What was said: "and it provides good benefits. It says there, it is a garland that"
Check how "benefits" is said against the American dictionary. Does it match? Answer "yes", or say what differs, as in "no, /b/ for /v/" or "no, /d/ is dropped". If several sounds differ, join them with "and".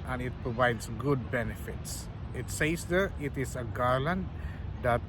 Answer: yes